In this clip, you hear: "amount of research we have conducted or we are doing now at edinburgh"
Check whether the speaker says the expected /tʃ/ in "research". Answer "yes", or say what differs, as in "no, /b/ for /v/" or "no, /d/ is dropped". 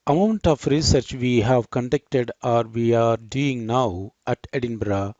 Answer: yes